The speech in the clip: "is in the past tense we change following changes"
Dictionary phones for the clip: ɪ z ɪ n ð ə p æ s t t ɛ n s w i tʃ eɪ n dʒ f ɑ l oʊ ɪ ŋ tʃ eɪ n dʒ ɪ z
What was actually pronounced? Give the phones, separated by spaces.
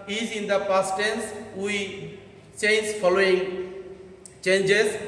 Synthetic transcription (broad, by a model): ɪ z ɪ n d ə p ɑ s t t ɛ n s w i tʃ eɪ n z f ɑ l oʊ ɪ ŋ tʃ eɪ n dʒ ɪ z